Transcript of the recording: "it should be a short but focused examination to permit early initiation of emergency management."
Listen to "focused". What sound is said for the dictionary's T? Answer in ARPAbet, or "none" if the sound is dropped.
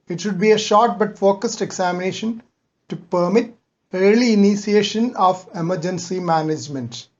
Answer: T